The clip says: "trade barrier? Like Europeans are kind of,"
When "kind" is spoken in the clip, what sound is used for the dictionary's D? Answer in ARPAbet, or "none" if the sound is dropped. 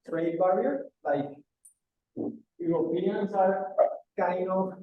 none